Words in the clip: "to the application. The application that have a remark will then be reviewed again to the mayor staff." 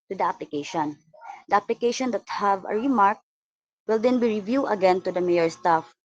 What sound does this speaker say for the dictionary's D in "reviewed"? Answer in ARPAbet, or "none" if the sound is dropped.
none